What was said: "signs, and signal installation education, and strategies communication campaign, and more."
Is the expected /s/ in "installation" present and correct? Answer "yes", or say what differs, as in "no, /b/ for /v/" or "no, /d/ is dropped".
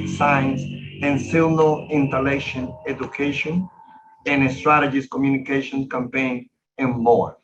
no, /s/ is dropped